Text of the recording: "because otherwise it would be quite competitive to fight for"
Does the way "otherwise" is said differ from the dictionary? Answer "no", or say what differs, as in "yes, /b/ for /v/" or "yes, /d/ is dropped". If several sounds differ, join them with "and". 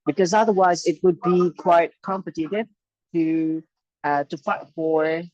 no